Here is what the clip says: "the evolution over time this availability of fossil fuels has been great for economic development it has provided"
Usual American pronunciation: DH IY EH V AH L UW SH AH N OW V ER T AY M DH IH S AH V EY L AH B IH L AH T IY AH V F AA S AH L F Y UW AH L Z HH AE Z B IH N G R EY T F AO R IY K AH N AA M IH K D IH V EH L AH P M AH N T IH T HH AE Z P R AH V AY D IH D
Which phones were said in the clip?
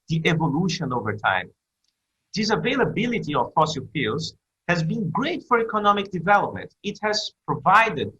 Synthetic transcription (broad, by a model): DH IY EH V AH L UW SH AH N OW V ER T AY M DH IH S AH V EY L AH B IH L AH T IY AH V F AA S AH L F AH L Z HH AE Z B IH N G R EY T F AO R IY K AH N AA M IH K D IH V EH L AH P M AH N T IH T HH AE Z P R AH V AY D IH D